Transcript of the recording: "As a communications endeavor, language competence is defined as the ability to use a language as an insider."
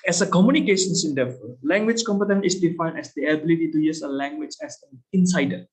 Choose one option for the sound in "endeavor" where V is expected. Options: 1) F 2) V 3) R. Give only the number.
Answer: 1